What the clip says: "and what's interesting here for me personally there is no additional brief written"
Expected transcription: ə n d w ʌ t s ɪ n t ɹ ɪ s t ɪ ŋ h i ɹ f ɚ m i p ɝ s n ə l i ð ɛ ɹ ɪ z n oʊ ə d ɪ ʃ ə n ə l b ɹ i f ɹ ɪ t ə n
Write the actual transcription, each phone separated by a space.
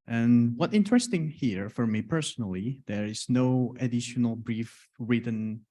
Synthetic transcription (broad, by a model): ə n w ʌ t ɪ n t ɹ ɪ s t ɪ ŋ h i ɹ f ɚ m i p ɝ s n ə l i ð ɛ ɹ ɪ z n oʊ ə d ɪ ʃ ə n ə l b ɹ i f ɹ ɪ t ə n